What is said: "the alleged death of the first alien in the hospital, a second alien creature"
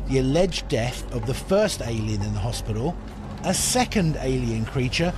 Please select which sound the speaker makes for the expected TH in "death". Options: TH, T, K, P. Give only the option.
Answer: TH